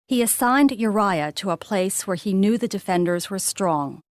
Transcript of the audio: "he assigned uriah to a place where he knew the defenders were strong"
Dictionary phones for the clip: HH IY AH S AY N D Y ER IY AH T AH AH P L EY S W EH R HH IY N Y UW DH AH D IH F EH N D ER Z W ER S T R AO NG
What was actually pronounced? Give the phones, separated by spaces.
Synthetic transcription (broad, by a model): HH IY AH S AY N D Y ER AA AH T AH AH P L EY S W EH R IY N Y UW DH AH D IH F EH N D ER Z W ER S T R AO NG